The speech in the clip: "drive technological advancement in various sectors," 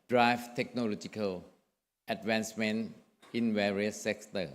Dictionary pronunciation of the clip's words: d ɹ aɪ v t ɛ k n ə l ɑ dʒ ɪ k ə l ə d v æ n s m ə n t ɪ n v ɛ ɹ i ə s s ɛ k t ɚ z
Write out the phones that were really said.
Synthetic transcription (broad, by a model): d ɹ aɪ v t ɛ k n ə l ɑ dʒ ɪ k ə l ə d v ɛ n s m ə n ɪ n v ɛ ɹ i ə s s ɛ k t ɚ